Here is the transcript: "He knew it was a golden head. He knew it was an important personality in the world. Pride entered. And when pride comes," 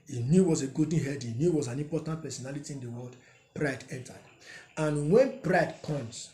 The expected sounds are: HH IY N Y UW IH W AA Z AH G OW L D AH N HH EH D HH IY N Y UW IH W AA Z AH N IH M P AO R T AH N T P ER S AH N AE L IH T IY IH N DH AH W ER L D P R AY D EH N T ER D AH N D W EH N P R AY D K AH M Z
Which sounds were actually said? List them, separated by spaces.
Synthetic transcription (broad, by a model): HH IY N Y UW W AA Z AH G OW D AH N HH EH D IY N Y UW W AA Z AH N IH M P AO T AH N T P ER S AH N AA L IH T IY IH N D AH W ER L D P R AY D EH N T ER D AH N W EH N P R AY D K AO M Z